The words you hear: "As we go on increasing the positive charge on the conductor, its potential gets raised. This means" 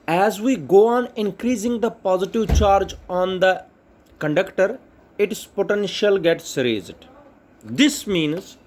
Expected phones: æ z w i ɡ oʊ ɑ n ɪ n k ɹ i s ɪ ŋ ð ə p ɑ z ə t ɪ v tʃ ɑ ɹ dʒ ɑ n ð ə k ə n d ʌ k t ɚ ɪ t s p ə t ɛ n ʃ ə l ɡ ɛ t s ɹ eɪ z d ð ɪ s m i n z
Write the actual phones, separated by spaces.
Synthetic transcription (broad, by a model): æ z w i ɡ oʊ ɑ n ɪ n k ɹ i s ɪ ŋ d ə p ɑ z ə t ɪ v tʃ ɑ ɹ dʒ ɑ n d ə k ə n d ʌ k t ɚ ɪ t s p ə t ɛ n ʃ ə l ɡ ɛ t s ɹ eɪ z d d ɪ s m i n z